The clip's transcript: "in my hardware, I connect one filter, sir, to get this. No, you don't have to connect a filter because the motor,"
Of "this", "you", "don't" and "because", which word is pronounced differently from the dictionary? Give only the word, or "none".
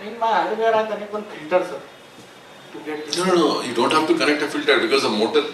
this